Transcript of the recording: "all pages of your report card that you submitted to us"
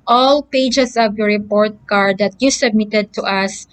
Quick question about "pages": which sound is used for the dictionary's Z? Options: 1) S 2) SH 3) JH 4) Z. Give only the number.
1